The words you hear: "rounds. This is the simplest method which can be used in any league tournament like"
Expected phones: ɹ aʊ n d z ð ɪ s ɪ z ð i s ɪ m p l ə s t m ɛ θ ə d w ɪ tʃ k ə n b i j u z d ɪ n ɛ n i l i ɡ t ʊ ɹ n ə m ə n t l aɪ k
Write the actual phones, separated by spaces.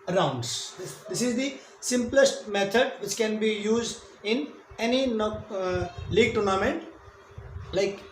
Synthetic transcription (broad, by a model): ɹ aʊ n d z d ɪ s ɪ z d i s ɪ m p l ə s t m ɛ t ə d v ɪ tʃ k ə n b i j u z d ɪ n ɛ n i l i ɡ t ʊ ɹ n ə m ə n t l aɪ k